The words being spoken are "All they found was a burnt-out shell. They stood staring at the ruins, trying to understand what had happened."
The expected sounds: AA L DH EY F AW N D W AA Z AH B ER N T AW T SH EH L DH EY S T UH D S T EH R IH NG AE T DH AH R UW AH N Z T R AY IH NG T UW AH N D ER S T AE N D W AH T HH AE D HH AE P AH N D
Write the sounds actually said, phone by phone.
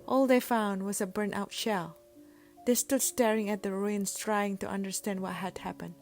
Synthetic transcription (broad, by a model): AA L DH EY F AW N D W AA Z AH B ER N T AW T SH EH L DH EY S T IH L S T EH R IH NG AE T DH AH R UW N S T R AY IH NG T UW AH N D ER S T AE N D W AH T HH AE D HH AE P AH N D